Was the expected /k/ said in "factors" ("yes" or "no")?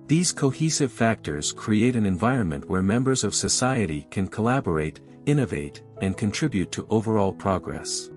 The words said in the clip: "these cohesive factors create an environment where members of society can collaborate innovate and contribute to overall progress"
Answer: yes